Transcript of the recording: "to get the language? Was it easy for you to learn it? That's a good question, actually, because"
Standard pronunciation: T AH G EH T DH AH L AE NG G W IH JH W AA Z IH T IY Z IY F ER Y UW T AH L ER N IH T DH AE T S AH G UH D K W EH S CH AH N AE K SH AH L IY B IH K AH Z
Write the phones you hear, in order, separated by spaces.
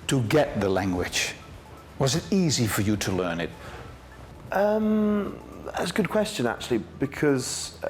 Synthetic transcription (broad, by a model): T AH G EH T DH AH L AE NG G W IH JH W AA Z IH T IY Z IY F ER Y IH T AH L ER N IH T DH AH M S AH G UH D K W EH S CH AH N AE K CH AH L IY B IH K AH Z